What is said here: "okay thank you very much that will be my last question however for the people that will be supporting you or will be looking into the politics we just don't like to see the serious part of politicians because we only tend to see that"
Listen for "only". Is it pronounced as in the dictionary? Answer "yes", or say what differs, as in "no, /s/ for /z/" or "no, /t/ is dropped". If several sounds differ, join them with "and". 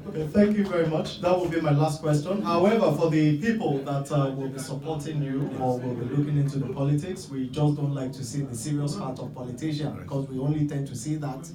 yes